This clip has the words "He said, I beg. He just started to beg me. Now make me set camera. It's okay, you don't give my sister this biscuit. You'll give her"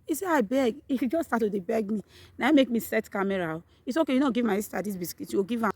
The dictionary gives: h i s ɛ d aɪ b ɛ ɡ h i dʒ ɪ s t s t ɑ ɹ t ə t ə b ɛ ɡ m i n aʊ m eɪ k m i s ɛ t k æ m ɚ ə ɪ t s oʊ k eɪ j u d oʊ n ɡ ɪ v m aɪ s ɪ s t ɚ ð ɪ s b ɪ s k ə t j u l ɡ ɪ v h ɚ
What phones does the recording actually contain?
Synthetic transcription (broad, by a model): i s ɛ aɪ b ɛ ɡ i dʒ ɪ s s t ɑ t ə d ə b ɛ ɡ m i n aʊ m eɪ k m i s ɛ t k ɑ m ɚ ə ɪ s oʊ k eɪ j u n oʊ ɡ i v m aɪ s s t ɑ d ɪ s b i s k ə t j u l ɡ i v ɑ